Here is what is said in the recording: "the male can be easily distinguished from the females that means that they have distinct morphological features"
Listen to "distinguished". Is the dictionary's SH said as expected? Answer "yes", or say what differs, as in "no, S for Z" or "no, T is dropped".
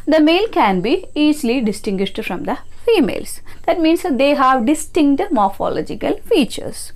yes